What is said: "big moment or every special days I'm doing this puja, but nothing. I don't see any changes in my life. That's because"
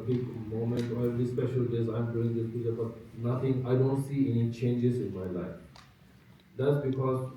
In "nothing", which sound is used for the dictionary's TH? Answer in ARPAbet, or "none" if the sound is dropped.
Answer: T